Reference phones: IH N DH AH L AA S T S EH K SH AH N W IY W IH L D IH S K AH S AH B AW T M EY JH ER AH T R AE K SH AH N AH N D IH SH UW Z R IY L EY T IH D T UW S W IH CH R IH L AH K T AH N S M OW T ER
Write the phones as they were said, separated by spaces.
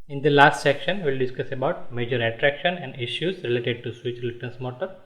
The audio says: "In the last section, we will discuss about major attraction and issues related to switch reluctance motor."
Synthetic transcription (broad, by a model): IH N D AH L AA S T S EH K SH AH N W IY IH L D IH S K AH S AH B AW T M EY JH ER AH T R AE K SH AH N AH N D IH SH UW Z R IY L EY T IH D T UW S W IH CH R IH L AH T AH N S M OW T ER